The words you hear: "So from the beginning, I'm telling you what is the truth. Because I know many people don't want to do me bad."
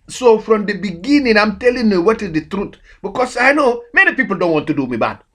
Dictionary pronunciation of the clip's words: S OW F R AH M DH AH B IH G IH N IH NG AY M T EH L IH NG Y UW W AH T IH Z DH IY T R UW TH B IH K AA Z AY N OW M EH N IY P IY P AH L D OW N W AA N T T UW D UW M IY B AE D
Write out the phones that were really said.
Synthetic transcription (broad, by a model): S OW F R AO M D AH B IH G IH N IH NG AY M T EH L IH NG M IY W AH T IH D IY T R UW T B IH K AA S AY N OW M EH N IY P IY P AH L D OW N W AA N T T UW D UW M IY B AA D